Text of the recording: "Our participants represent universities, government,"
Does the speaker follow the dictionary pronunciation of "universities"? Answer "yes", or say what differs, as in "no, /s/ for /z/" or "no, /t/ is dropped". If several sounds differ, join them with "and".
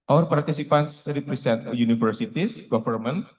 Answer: no, /f/ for /v/ and /s/ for /z/